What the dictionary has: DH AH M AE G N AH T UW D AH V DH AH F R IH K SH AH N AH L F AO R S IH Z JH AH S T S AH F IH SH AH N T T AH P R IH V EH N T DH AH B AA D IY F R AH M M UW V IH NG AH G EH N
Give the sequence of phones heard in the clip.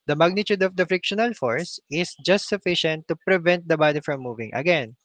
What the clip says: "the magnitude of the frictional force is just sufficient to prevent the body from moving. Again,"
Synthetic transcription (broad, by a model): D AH M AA G N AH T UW D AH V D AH F R IH K SH AH N AH L F AO R S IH S JH AH S T S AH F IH SH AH N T T AH P R IH V EH N T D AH B AA D IY F R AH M M UW V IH NG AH G EH N